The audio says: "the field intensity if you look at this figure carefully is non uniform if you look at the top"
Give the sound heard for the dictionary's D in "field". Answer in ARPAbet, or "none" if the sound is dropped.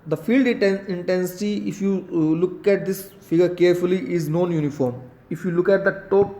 D